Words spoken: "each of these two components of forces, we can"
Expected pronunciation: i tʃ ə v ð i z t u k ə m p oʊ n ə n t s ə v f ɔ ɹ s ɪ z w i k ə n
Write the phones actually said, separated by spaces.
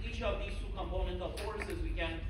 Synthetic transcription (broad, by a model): i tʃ ə v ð i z t u k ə m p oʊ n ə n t ə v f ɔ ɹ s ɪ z w i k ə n